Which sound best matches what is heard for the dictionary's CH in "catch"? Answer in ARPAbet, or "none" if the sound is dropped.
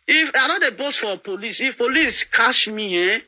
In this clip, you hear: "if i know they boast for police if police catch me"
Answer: SH